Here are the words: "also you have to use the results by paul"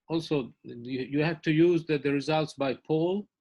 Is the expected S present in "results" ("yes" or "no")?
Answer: yes